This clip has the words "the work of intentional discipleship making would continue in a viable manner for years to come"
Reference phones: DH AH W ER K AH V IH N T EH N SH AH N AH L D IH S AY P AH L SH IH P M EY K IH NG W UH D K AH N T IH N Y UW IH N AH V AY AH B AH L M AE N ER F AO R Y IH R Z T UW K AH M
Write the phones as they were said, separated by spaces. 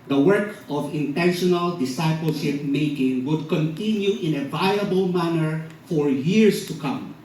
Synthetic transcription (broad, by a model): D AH W ER K AH V IH N T EH N SH AH N AH L D IH S AY P AH L SH IH P M EY K IH NG W UH D K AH N T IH N Y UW IH N AH V AY AH B AH L M AE N ER F AO R Y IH R S T UW K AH M